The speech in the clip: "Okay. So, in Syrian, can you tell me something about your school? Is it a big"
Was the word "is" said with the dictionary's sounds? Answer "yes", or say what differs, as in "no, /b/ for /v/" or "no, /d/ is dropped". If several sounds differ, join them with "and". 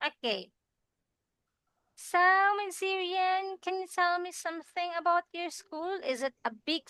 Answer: yes